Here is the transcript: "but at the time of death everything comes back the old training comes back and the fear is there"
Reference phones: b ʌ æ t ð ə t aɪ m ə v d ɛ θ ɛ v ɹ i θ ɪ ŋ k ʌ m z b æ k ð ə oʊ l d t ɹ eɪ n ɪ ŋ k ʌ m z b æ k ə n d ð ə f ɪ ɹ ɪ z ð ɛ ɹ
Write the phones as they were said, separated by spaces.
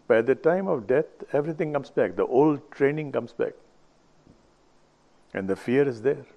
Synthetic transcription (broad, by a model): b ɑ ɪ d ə t aɪ m ə v d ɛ t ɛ v ɹ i t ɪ ŋ k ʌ m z b æ k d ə oʊ l d t ɹ eɪ n ɪ ŋ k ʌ m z b æ k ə n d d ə f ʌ ɹ ɪ z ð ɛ ɹ